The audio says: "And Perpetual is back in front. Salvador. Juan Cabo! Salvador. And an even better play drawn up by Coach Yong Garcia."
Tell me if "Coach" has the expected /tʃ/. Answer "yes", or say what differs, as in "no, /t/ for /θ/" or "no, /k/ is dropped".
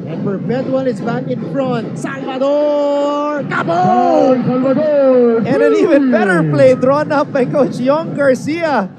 yes